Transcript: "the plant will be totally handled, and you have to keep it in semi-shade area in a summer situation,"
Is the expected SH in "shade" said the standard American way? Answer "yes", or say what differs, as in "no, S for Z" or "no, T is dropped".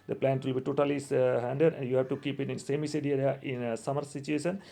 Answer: no, S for SH